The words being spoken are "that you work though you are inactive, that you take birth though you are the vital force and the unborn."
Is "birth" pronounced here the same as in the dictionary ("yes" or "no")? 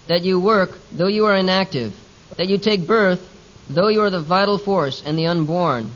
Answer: yes